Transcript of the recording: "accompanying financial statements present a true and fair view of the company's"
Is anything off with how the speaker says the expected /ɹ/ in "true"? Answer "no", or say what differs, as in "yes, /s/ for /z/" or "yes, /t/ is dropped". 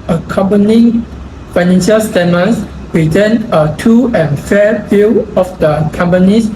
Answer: yes, /ɹ/ is dropped